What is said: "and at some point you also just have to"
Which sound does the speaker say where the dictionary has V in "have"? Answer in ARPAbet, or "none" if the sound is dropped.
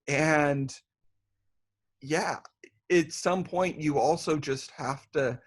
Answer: F